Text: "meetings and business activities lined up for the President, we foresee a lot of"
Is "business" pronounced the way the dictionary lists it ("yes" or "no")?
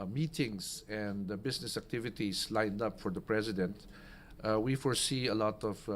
no